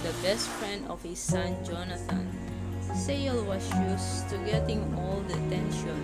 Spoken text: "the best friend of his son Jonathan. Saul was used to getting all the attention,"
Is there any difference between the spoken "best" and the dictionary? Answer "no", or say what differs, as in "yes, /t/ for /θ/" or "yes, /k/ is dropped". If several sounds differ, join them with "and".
no